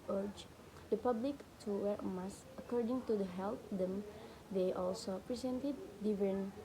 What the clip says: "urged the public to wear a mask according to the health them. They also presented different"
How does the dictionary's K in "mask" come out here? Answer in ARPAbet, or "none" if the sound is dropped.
none